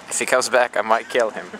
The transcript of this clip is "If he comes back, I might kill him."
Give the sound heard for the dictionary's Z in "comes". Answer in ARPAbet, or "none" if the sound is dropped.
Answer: Z